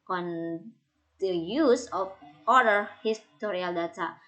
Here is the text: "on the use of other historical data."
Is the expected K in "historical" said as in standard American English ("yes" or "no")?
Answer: no